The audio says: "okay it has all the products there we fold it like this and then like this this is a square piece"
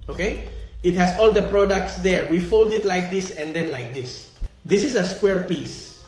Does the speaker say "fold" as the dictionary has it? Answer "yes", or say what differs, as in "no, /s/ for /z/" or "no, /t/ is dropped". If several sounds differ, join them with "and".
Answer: yes